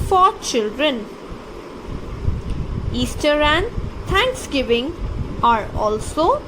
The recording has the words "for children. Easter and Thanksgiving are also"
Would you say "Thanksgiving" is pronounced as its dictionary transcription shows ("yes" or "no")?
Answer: no